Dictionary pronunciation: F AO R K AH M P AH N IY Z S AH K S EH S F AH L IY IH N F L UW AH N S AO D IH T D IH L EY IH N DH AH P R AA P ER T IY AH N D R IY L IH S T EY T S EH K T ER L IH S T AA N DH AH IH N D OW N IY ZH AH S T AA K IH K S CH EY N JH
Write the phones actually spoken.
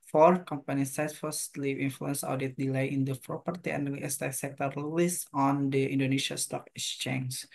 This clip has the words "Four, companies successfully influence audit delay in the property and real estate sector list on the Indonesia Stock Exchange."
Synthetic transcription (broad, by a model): F AO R K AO M P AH N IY S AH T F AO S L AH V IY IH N F L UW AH N S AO D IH T D IH L EY IH N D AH P R AA P ER T IY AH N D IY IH S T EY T S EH K T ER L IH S AA N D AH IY N D OW N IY S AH S T AA K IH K S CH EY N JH